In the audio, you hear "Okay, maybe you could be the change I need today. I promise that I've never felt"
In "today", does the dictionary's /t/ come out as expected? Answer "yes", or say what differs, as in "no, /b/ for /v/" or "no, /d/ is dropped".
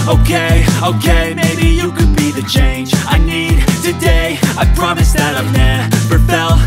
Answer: yes